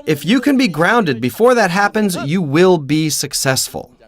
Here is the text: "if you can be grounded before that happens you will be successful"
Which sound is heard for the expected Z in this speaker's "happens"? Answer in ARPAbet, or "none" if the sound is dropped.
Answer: Z